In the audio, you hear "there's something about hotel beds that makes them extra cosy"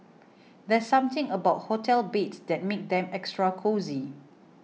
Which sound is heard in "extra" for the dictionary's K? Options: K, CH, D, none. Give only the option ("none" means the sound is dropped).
K